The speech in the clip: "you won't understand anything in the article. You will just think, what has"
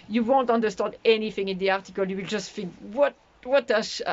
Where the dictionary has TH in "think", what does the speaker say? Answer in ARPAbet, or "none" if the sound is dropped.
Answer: F